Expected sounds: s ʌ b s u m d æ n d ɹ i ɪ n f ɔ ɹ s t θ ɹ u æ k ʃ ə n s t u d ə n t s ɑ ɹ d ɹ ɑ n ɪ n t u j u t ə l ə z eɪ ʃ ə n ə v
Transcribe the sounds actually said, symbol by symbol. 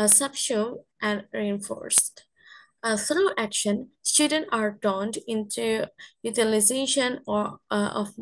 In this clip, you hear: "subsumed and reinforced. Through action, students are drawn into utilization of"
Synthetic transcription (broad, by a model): s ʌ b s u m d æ n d ɹ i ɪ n f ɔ ɹ s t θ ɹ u æ k ʃ ə n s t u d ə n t ɑ ɹ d ɑ n ɪ n t u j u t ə l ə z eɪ ʃ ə n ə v